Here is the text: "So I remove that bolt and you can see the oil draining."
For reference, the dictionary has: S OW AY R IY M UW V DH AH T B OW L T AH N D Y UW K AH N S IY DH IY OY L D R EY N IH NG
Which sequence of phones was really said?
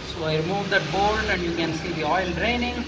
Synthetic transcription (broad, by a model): S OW AY R IY M UW V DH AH T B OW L AH N D Y UW K AH N S IY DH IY OY L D R EY N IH NG